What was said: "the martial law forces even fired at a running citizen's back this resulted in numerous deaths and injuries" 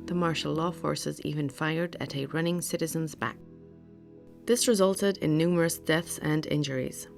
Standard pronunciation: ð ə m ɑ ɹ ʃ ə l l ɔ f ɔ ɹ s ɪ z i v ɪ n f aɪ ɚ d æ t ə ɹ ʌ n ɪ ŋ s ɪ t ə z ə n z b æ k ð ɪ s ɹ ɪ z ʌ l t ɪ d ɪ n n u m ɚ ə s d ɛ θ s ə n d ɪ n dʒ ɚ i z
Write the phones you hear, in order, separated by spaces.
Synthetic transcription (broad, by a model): ð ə m ɑ ɹ ʃ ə l l ɔ f ɔ ɹ s ɪ z i v ɪ n f aɪ ɚ d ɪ t ə ɹ ʌ n ɪ ŋ s ɪ t ə z ə n z b æ k ð ɪ s ɹ ɪ z ʌ l t ɪ d ɪ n n u m ɚ ə s d ɛ θ s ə n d ɪ n dʒ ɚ i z